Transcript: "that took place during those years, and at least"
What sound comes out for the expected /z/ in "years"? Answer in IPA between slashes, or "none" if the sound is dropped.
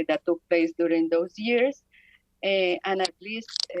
/s/